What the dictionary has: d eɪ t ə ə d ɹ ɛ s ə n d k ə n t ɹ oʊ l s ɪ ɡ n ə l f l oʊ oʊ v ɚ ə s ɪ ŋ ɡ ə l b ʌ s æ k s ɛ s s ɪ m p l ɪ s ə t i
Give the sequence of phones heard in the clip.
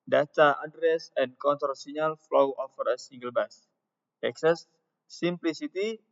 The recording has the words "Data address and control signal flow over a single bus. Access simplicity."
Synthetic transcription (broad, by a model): d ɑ t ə ə d ɹ ɛ s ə n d k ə n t oʊ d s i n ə l f l oʊ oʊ f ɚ ə s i ŋ ɡ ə l b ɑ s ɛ k s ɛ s s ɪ m p l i s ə t i